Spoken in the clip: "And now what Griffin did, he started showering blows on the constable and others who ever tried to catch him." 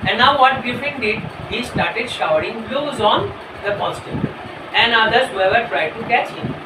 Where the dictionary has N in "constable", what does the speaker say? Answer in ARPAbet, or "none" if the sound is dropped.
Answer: none